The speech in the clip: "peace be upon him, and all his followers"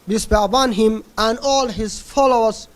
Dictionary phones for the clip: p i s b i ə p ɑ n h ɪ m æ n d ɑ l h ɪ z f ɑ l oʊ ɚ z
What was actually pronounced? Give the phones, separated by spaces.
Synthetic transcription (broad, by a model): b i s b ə b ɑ n h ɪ m æ n d ɑ l h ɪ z f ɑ l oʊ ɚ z